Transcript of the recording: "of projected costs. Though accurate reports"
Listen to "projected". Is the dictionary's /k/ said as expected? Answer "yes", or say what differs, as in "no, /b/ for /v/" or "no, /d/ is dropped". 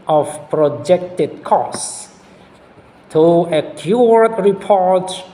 yes